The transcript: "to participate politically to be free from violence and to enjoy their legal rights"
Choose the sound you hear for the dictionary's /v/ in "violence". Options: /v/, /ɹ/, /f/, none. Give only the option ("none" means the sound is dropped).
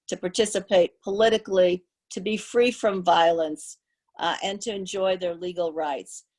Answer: /v/